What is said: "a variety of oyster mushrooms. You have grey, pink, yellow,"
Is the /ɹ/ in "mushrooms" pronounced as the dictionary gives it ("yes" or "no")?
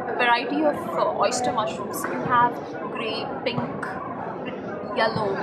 no